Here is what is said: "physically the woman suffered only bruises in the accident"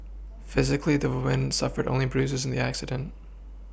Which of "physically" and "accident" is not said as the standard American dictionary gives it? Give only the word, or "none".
none